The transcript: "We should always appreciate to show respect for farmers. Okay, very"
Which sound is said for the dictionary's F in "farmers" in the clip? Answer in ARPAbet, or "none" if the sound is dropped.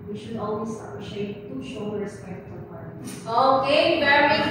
P